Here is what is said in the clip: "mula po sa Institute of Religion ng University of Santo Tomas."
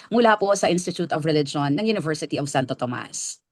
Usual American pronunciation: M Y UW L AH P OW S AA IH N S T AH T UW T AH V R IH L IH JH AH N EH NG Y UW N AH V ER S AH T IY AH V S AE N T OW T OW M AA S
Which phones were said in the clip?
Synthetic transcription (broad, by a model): M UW L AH P OW S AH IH N S T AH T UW T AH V R IH L IH JH AH N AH NG Y UW N AH V ER S AH T IY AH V S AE N T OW T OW M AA S